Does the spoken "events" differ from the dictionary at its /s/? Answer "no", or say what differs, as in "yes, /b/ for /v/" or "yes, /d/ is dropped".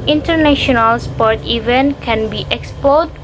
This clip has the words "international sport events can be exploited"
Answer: yes, /s/ is dropped